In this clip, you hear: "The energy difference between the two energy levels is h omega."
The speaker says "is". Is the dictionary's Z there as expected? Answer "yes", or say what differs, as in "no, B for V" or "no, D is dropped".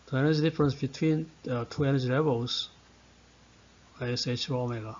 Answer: no, S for Z